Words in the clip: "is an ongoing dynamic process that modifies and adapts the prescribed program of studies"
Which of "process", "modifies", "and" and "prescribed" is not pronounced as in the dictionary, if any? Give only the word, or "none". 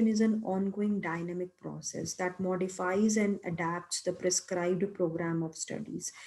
none